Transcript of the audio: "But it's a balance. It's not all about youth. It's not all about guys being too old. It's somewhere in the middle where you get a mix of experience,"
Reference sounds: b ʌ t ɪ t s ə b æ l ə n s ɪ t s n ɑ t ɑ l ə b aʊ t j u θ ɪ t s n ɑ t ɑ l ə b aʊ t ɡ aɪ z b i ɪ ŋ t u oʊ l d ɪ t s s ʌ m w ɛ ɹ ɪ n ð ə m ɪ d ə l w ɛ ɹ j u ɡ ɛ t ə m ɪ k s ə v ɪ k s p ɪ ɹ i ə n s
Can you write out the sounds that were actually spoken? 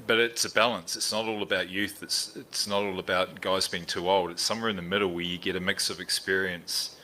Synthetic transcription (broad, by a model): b ʌ t ɪ t s ə b æ l ə n s ɪ t s n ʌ t ɑ l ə b aʊ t j u θ ɪ t s n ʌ t ɑ l ə b aʊ t ɡ aɪ z b i ɪ ŋ t u oʊ l d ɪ t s s ʌ m w ɛ ɹ ɪ n ð ə m ɪ d l w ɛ ɹ j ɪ ɡ ɛ t ə m ɪ k s ə v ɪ k s p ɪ ɹ i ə n s